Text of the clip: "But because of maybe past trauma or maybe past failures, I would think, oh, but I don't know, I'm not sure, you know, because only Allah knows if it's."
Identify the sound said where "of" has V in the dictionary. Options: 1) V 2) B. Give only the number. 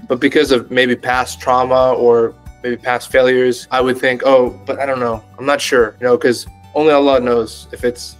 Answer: 1